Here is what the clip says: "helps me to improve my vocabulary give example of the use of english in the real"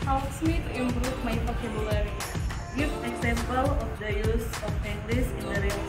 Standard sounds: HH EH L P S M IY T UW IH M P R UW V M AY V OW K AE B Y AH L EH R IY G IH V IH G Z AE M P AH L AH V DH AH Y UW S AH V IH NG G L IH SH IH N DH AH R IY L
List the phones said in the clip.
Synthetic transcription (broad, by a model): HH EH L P S M IY T UW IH M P R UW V M AY P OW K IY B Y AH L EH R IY G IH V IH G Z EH M P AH L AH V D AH Y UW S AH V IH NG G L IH S IH N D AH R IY